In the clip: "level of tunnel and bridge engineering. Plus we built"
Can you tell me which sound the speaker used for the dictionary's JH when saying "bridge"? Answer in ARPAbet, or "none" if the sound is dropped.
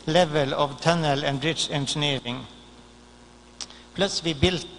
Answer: SH